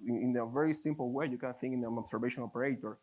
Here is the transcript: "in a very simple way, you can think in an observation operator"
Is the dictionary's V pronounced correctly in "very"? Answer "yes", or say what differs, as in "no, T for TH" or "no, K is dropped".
yes